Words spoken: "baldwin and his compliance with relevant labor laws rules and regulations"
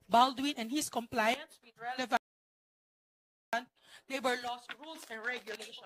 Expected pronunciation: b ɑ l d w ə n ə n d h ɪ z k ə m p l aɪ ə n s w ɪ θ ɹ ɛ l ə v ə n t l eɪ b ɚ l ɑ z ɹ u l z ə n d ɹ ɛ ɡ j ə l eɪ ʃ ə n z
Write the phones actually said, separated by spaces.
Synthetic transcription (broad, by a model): b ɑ l d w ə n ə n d h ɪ s k ə m p l aɪ ə n s w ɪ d ɹ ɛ l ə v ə n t l eɪ b ɚ l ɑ s ɹ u l s ə n d ɹ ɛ ɡ j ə l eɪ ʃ